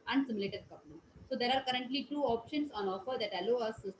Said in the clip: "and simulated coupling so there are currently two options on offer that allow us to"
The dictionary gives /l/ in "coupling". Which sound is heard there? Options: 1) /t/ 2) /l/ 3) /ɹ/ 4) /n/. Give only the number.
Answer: 4